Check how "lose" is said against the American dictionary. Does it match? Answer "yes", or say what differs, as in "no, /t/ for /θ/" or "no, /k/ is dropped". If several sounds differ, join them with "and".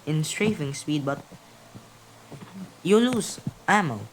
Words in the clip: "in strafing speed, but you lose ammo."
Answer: no, /s/ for /z/